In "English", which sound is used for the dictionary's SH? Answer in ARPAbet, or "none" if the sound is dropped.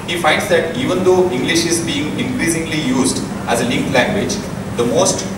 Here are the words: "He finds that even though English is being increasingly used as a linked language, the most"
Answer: SH